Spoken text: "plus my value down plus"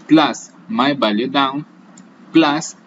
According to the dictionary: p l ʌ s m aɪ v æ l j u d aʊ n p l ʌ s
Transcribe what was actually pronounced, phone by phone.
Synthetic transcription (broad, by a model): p l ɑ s m aɪ b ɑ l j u d aʊ n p l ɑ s